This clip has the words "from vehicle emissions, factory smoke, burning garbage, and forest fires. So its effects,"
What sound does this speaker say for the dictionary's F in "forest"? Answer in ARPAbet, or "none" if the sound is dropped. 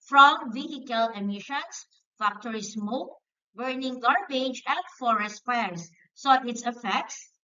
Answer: F